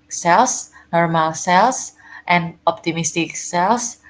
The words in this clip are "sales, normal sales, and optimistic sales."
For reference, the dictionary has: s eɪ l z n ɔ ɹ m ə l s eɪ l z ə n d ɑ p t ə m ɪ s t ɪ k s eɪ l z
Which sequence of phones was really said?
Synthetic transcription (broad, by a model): s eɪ l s n ɔ ɹ m ə l s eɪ l s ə n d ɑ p t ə m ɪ s t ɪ k s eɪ l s